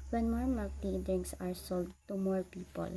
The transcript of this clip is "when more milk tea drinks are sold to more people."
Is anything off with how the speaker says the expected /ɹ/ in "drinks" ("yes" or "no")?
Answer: yes